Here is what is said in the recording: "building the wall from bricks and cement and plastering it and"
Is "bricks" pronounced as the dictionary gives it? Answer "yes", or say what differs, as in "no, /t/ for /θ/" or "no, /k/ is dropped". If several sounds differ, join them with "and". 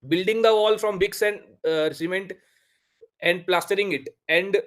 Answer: no, /ɹ/ is dropped